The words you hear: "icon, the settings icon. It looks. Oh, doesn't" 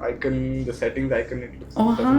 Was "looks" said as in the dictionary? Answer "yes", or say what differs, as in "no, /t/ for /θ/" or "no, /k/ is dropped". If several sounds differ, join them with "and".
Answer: no, /k/ is dropped